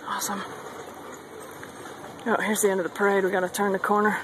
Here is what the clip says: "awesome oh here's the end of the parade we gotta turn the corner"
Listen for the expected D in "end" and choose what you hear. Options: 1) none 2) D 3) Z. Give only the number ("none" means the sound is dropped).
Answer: 2